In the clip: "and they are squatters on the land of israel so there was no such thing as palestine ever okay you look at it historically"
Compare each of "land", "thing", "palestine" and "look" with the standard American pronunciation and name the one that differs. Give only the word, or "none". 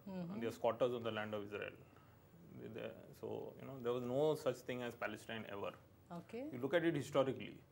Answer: thing